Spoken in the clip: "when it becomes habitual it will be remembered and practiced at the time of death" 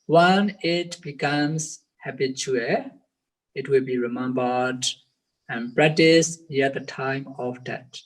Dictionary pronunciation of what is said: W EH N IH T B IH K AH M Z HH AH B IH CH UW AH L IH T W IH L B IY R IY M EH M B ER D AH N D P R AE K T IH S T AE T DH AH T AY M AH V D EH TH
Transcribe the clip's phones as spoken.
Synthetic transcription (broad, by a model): W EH N IH T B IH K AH M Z HH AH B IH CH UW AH IH T W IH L B IY R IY M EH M B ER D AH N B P R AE T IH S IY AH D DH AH T AY M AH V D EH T